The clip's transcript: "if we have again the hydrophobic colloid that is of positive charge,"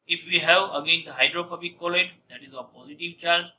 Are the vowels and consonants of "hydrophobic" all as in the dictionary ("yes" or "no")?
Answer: no